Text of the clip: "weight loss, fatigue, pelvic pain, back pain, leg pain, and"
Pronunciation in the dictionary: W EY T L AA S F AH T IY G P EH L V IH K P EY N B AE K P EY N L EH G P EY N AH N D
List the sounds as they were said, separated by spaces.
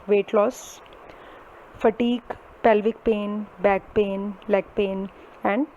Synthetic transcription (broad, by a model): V EY T L AA S F AH T IY G P EH L V IH K P EY N B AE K P EY N L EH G P EY N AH N D